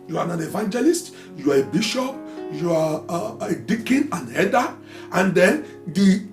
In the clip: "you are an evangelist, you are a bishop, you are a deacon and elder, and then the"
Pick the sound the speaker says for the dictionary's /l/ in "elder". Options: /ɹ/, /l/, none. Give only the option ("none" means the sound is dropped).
none